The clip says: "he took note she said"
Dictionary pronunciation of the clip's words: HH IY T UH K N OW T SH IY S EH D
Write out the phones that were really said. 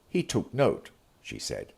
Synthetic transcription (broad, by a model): HH IY T UH K N OW T SH IY S EH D